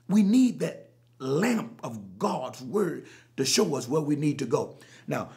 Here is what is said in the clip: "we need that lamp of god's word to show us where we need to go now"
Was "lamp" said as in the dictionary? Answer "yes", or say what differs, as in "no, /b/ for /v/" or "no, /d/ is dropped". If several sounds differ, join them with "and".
yes